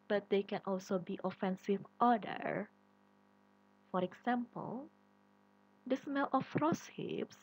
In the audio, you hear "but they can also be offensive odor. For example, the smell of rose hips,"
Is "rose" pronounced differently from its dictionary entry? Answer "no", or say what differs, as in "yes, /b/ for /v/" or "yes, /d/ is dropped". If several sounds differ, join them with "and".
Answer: yes, /s/ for /z/